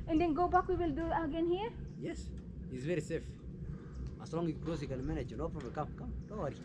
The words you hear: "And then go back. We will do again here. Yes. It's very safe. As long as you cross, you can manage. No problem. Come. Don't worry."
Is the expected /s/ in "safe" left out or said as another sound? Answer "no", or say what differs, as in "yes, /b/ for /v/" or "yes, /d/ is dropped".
no